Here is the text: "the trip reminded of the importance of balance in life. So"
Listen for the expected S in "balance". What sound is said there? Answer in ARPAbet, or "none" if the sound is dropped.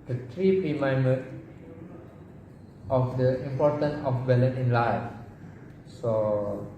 none